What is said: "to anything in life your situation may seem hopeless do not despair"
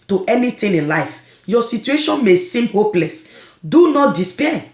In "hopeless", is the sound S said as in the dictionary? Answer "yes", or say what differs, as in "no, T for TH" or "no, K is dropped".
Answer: yes